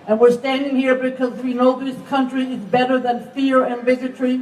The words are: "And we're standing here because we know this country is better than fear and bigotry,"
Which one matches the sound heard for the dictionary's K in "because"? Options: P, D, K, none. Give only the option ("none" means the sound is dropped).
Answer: K